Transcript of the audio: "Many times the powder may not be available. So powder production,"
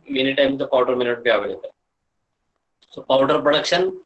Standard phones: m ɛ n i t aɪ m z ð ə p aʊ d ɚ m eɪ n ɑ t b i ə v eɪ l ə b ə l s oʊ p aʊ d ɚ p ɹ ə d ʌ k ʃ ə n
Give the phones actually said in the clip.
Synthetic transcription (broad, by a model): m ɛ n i t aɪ m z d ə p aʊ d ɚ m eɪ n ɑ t b i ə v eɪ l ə ə s oʊ p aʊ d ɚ p ɹ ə d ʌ k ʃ ə n